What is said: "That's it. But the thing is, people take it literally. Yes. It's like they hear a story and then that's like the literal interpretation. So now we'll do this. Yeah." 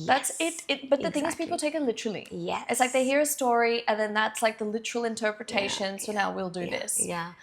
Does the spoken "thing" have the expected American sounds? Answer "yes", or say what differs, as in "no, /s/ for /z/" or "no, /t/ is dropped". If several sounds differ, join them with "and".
yes